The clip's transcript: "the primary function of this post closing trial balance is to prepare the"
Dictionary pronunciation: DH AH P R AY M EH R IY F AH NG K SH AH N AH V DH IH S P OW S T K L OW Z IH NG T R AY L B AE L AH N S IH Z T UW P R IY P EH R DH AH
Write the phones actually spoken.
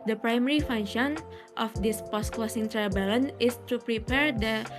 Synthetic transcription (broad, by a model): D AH P R AY M EH R IY F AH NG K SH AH N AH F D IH S P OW S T K L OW S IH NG T R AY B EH L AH N IH S T UW P R IY P EH R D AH